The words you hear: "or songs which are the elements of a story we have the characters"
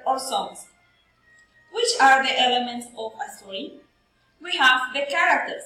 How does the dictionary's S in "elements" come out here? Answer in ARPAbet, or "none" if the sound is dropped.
S